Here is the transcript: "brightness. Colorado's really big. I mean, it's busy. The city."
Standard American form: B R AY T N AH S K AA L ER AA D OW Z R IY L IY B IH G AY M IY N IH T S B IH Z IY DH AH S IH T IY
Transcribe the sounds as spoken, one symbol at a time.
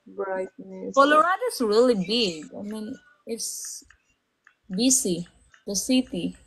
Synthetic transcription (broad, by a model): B R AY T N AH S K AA L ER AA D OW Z R IY L IY B IH G AY M IY N IH T S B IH S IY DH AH S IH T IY